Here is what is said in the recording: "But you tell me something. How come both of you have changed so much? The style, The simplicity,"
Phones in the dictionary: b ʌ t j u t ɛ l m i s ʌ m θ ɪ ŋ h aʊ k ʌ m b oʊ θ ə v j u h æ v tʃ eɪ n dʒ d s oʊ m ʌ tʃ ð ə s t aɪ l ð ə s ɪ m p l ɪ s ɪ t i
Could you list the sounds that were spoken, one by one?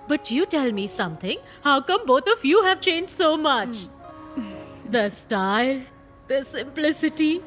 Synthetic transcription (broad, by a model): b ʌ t j u t ɛ l m i s ʌ m t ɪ ŋ h aʊ k ʌ m b oʊ t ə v j u h æ v tʃ eɪ n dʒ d s oʊ m ʌ tʃ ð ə s t aɪ l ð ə s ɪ m p l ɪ s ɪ t i